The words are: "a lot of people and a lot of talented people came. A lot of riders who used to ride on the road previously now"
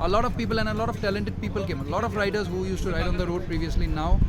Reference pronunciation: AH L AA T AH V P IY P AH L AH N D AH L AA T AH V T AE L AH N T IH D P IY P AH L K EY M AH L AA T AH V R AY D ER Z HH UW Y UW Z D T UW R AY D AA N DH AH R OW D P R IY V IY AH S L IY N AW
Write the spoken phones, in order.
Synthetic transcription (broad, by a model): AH L AA T AH V P IY P AH L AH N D AH L AA T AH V T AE L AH N T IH D P IY P AH L K EY M AH L AA T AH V R AY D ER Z HH UW Y UW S T UW R AY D AA N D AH R OW D P R IY V IY AH S L IY N AW